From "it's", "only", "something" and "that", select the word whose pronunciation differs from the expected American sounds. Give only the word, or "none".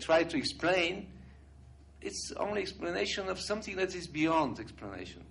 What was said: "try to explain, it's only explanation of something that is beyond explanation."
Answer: none